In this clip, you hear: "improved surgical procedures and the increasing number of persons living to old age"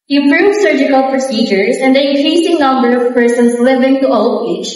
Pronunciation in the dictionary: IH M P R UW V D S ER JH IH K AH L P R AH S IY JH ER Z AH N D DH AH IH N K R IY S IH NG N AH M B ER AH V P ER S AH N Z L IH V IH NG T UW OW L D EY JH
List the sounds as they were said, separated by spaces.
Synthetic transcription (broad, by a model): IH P R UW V S ER JH IH K AH L P R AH S IY JH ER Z AH N D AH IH K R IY S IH NG N AH M B ER AH V P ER S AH N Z L IH V IH NG T UW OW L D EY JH